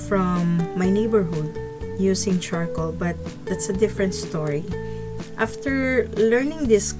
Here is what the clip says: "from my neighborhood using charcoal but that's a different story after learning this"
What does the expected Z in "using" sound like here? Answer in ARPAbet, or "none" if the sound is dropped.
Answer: S